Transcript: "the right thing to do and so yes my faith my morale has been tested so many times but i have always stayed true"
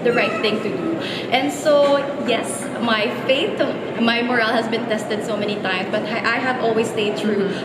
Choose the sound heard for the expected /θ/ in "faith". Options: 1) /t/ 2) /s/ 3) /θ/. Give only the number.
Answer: 1